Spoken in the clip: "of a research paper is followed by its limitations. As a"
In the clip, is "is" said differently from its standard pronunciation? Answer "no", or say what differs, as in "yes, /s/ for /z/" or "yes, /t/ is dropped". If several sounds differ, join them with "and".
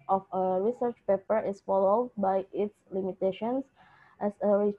yes, /s/ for /z/